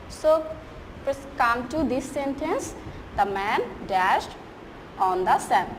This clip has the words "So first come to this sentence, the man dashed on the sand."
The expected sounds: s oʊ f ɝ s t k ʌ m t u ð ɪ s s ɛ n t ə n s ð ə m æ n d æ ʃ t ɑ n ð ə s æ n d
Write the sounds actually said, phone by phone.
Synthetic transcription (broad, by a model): s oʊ p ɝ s k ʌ m t u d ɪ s s ɛ n t ə n s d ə m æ n d æ ʃ t ɑ n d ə s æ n